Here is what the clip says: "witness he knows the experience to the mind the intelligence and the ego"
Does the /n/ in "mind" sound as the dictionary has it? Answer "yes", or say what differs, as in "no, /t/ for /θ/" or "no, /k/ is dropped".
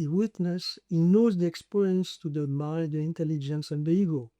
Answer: no, /n/ is dropped